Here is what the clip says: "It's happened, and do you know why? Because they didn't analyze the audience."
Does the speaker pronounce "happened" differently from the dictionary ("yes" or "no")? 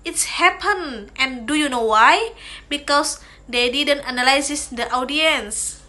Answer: yes